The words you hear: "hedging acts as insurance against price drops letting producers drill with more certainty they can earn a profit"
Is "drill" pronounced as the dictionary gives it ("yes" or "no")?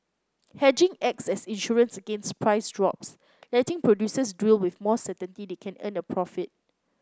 no